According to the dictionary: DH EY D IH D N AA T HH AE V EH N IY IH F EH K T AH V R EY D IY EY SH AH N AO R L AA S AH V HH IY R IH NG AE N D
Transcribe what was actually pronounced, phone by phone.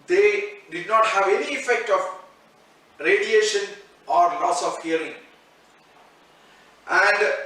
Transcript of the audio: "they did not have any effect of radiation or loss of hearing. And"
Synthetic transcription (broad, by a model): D EY D IH D N AA T HH AE V EH N IY IH F EH K T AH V R EY D IY EY SH AH N AO R L AA S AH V HH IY R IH NG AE N D